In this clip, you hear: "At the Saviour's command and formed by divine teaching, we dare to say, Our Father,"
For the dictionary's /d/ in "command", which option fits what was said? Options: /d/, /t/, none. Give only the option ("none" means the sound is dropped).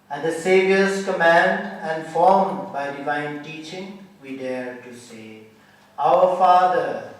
/d/